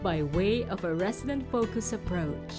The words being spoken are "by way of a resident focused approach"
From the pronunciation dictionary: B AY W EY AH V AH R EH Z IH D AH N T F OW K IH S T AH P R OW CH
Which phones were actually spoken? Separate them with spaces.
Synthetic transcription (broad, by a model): B AY W EY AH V AH R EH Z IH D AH N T F OW K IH S AH P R OW CH